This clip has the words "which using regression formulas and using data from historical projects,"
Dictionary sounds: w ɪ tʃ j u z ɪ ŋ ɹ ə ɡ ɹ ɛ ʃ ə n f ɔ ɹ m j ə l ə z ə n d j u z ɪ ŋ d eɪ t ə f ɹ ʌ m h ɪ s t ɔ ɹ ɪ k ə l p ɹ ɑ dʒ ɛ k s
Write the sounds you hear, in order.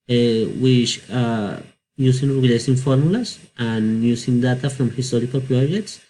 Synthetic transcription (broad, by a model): w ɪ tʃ j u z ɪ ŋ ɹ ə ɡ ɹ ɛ s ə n f ɔ ɹ m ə l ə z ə n j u s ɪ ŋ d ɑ t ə f ɹ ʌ m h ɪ s t ɔ ɹ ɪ k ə l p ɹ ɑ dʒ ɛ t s